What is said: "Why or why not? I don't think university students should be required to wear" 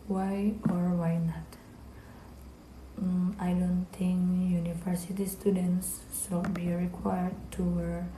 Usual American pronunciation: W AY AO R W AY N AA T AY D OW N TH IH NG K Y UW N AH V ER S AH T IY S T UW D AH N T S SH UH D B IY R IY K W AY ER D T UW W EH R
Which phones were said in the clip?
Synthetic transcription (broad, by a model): W AY AO R W AY N AA T AY D OW N T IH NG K Y UW N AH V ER S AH T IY S T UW D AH N S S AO B IY R IY K W AY ER D T UW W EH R